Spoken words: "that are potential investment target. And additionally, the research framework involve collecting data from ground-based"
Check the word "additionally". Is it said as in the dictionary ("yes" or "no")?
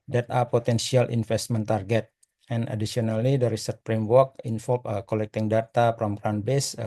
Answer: no